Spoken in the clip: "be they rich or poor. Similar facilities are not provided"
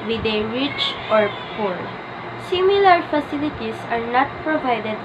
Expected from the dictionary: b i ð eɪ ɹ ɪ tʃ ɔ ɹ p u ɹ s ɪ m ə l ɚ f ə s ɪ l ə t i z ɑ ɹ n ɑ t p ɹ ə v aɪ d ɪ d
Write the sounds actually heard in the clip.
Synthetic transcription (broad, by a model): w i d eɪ ɹ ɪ tʃ ɔ ɹ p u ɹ s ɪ m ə l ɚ f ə s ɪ l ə t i s ɑ ɹ n ɑ t p ɹ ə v aɪ d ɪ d